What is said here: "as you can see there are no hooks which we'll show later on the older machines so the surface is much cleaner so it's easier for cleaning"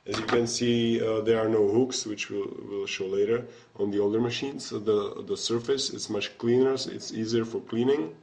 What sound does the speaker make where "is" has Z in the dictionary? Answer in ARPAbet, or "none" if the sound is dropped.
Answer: S